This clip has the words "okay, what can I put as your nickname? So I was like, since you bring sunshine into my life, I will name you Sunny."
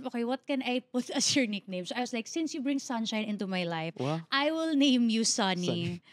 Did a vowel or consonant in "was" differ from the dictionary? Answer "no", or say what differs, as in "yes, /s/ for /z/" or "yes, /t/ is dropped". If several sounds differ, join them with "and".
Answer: yes, /s/ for /z/